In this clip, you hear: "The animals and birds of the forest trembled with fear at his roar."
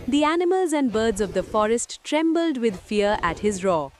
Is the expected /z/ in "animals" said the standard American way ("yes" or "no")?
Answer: yes